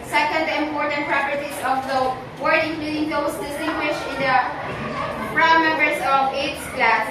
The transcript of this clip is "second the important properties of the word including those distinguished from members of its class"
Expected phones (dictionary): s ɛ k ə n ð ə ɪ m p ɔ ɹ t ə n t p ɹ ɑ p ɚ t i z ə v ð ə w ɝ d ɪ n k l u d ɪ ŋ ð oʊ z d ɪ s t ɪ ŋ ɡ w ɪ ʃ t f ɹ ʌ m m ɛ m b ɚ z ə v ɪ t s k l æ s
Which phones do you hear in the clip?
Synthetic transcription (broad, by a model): s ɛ k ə n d ɪ m p ɔ ɹ t ə n t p ɹ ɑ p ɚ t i s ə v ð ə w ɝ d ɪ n k l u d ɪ ŋ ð oʊ s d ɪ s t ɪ ŋ ɡ w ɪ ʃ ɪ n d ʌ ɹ m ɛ m b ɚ s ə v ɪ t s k l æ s